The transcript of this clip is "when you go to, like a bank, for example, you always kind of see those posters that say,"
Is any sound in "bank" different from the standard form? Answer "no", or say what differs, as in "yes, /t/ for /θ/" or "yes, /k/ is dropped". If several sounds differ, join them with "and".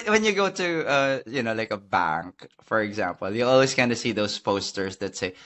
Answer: no